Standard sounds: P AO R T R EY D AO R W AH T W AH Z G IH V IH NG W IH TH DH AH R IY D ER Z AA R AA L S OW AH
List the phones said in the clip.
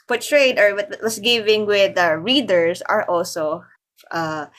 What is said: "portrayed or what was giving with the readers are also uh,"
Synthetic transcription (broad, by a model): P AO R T R EY D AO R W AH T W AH S G IH V IH NG W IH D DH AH R IY D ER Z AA R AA L S OW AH